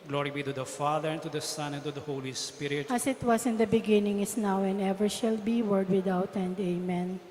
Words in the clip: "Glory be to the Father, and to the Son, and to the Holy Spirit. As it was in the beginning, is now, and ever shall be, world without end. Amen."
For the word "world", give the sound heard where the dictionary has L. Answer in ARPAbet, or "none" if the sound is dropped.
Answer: none